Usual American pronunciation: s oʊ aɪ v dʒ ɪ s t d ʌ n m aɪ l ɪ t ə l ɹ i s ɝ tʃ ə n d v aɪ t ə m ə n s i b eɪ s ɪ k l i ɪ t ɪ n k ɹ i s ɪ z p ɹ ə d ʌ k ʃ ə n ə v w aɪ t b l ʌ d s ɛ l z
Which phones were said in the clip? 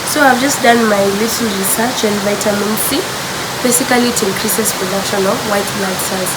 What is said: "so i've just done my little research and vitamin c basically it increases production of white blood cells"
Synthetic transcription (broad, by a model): s oʊ aɪ v dʒ ɪ s t d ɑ n m aɪ l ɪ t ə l ɹ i s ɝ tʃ ə n d v aɪ t ə m ə n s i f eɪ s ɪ k l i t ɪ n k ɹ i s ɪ s p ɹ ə d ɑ k ʃ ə n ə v w aɪ t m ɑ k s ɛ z